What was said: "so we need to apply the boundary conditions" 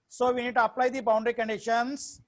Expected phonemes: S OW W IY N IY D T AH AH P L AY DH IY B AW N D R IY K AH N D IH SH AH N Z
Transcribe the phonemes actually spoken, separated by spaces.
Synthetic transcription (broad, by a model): S OW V IY N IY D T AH AH P L AY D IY B AW N D R IY K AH N D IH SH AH N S